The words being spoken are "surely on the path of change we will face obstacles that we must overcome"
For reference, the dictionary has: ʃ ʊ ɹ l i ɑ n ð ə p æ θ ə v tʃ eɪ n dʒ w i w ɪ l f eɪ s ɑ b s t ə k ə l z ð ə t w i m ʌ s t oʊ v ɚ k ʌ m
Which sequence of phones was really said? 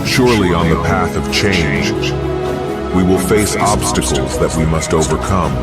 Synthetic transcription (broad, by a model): ʃ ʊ ɹ l i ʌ n ð ə p æ θ ə v tʃ eɪ n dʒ w i w ɪ l f eɪ s ɑ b s t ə k l z ð ə t w i m ʌ s t oʊ v ɚ k ʌ m